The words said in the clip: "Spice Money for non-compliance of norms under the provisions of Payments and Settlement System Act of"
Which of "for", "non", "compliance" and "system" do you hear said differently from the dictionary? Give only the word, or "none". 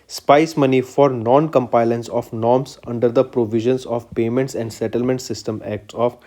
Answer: compliance